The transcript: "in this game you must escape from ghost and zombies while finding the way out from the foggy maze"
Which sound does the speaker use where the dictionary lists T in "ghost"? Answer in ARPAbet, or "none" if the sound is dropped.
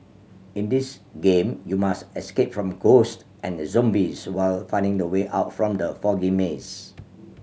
T